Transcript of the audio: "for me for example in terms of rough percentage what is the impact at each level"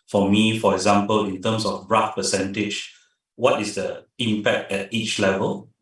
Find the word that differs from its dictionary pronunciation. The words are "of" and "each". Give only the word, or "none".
of